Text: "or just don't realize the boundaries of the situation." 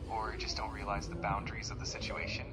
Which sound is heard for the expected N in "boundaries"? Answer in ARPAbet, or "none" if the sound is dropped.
N